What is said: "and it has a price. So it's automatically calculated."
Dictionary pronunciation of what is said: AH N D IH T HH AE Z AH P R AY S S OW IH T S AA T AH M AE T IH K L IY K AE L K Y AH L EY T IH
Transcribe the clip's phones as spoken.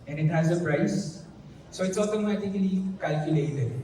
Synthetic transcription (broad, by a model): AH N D IH T HH AE Z AH P R AY S S OW IH T S AA T AH M AE T IH K L IY K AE L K Y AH L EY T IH